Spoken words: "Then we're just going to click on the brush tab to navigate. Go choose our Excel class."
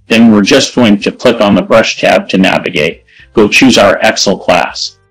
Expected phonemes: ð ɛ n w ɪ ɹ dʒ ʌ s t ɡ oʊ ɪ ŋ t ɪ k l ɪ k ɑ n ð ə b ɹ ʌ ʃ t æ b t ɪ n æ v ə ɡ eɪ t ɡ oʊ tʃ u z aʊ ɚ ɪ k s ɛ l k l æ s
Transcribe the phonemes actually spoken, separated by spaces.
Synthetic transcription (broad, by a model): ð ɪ n w ɪ ɹ dʒ ʌ s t ɡ oʊ ɪ ŋ t ɪ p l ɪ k n ð ə b ɹ ʌ ʃ t æ b t ɪ n æ v ə ɡ eɪ t ɡ oʊ tʃ u z aʊ ɚ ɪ k s l k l æ s